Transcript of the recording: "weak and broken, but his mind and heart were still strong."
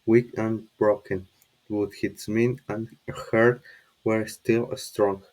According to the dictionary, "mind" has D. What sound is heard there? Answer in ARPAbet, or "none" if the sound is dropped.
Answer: none